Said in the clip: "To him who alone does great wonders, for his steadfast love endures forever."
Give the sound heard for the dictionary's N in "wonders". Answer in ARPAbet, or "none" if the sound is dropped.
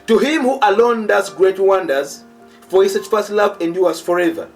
N